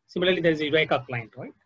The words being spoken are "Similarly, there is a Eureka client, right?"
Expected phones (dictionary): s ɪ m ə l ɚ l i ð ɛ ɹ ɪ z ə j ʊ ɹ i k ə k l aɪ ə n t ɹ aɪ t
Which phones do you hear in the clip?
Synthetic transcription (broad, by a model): s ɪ m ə l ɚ l i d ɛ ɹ ɪ z ə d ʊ ɪ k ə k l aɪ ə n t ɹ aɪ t